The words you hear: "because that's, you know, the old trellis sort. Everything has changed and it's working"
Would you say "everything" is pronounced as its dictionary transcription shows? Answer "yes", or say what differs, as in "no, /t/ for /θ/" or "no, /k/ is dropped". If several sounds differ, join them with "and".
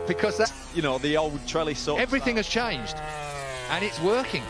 yes